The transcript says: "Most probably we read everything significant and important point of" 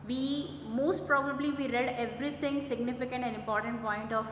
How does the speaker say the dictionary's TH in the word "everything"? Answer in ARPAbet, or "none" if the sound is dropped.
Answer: T